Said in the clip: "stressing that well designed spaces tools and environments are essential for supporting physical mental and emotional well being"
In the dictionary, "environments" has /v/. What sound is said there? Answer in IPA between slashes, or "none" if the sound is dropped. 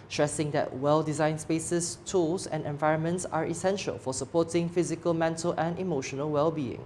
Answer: /v/